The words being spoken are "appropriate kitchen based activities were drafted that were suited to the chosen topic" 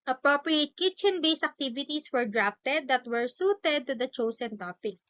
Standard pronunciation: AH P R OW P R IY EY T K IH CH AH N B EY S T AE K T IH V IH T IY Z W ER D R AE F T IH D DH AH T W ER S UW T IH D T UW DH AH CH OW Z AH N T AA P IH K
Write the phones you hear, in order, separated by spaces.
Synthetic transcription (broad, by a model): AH P R OW P R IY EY T K IH CH AH N B EY S AE K T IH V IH T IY S W ER D R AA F T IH D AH T W ER S UW T IH D T UW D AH CH OW S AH N T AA P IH K